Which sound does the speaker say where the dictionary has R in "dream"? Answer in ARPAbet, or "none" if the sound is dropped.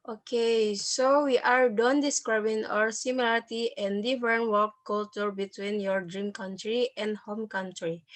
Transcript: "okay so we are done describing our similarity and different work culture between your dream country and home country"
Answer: R